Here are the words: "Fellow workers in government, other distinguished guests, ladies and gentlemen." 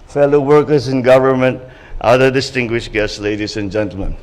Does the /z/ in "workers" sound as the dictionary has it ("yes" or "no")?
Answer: no